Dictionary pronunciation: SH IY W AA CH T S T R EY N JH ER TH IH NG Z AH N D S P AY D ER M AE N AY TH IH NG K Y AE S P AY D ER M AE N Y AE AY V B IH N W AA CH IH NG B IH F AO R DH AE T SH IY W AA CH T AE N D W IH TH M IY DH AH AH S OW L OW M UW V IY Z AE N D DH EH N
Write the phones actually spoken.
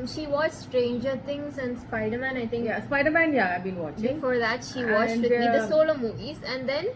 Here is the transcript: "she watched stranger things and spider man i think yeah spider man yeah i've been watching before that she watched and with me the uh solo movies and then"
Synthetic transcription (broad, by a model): SH IY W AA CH S T R EY N JH ER T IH NG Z AH N D S P AY D ER M AE N AY T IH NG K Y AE S P AY D ER M AE N Y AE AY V B IH N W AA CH B IH F AO R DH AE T SH IY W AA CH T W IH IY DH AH AH S OW L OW M UW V IY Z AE N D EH N